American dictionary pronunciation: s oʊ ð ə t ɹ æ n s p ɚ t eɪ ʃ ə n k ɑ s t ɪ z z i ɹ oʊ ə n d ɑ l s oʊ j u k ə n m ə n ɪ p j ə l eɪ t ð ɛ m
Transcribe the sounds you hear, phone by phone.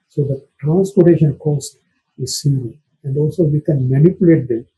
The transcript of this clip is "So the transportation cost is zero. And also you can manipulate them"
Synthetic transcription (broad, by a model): s oʊ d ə t ɹ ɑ n s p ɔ t eɪ ʃ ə n k ɑ s t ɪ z s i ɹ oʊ ə n d ɑ l s oʊ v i k ə n m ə n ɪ p j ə l eɪ t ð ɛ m